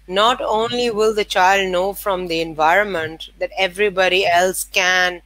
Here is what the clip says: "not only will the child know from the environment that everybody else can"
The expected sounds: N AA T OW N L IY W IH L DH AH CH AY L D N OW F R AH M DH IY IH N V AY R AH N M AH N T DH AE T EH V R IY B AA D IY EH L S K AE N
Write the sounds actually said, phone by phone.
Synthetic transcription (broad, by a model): N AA T OW N L IY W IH L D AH CH AY L D N OW F R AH M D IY IH N V AY R AH N M AH N T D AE T EH V R IY B AA D IY EH L S K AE N